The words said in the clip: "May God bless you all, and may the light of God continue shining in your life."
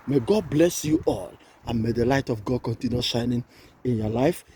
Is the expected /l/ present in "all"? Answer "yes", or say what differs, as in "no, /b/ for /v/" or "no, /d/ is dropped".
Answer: yes